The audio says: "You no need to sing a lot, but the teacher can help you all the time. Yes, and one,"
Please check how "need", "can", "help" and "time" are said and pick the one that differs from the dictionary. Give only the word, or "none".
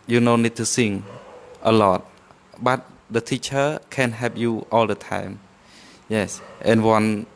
help